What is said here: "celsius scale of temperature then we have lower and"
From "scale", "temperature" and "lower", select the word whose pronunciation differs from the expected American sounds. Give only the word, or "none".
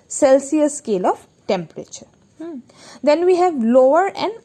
none